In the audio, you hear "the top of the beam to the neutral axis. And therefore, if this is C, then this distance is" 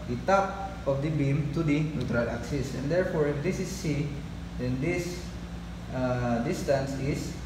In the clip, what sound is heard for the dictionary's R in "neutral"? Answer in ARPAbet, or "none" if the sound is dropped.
R